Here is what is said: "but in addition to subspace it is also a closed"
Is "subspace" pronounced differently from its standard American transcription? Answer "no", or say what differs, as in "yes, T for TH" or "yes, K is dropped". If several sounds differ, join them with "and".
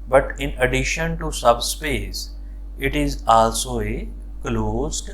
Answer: no